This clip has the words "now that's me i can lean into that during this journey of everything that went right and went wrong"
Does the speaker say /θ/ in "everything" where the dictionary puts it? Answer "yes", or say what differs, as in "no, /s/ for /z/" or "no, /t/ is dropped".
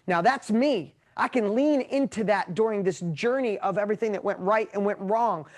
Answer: yes